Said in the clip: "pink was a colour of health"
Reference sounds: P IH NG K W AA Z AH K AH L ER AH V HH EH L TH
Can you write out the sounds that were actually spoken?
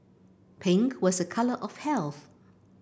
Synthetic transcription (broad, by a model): P IH NG K W AA Z AH K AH L ER AH V HH EH L TH